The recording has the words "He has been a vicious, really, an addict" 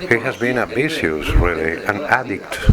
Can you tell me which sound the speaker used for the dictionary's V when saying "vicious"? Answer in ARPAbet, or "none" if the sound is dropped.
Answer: B